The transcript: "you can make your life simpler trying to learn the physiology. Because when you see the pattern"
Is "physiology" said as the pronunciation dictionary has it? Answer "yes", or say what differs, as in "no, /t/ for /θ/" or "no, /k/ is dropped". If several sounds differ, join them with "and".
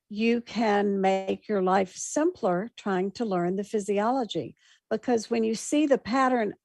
yes